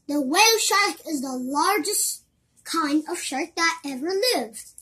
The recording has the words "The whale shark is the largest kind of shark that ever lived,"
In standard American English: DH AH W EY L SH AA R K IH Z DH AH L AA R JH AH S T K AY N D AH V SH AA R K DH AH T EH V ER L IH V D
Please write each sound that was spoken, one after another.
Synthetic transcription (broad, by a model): DH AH W EY L SH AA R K IH Z DH AH L AA R JH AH S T K AY N D AH V SH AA R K DH AH T EH V ER L IH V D